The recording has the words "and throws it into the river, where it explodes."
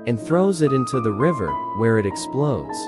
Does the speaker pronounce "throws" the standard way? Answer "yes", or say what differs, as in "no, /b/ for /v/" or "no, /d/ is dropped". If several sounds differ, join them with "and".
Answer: yes